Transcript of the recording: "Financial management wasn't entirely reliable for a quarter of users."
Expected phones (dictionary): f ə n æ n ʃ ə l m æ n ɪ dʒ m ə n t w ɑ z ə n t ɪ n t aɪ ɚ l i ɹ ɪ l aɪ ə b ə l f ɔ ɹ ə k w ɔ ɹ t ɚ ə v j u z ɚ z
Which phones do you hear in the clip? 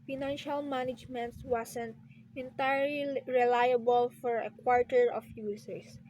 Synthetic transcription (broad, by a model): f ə n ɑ n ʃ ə l m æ n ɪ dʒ m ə n t w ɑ s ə n t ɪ n t aɪ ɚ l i ɹ ɪ l aɪ ə b ə l f ɔ ɹ ə k w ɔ ɹ t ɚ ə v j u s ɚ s